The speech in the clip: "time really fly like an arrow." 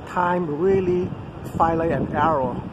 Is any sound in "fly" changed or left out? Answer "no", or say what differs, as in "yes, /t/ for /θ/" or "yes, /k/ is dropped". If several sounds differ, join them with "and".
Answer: yes, /l/ is dropped